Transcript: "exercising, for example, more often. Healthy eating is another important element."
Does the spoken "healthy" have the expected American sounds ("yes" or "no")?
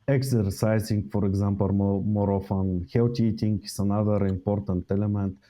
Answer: no